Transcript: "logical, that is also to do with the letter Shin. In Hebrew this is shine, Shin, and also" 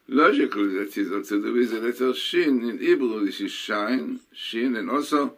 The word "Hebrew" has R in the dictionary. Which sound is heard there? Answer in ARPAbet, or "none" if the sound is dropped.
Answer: L